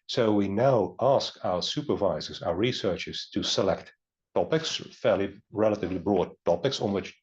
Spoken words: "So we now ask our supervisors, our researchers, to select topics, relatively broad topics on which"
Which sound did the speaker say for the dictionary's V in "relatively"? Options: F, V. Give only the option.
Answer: V